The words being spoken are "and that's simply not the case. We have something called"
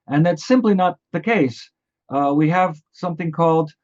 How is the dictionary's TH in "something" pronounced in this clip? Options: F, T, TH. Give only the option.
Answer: TH